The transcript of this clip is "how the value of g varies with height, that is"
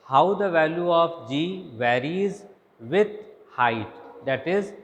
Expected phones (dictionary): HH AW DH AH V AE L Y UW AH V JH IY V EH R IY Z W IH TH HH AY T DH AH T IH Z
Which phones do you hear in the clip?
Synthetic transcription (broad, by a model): HH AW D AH V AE L Y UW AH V JH IY V EH R IY Z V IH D HH AY T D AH T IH Z